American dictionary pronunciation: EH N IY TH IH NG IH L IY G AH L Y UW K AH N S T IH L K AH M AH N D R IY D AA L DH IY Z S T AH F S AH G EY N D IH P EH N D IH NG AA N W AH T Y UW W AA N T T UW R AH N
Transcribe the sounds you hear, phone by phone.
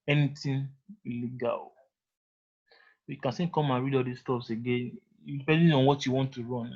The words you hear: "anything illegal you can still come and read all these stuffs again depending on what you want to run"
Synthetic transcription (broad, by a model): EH N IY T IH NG IH L IY G AH L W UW K AH N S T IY N K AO M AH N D R IY D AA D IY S T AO P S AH G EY N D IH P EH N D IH AA N W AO T Y UW W AA N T T UW R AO N